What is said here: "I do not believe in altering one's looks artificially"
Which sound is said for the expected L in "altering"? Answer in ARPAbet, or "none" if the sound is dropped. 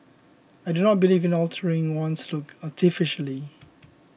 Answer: L